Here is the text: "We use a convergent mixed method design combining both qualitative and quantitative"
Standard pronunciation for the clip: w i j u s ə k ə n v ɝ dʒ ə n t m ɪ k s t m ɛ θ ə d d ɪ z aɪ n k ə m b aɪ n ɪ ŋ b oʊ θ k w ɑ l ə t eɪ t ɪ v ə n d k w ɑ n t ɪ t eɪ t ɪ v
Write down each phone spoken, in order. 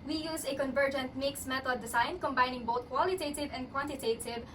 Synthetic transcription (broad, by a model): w i j u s ə k ə n v ɝ dʒ ə n t m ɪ k s m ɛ t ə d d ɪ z aɪ n k ə m b aɪ n ɪ ŋ b oʊ t k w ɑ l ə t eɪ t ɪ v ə n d k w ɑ n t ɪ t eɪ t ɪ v